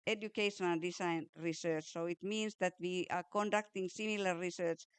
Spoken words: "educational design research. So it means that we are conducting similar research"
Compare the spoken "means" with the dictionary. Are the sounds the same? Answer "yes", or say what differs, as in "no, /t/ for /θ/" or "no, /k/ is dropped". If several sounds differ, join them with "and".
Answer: no, /s/ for /z/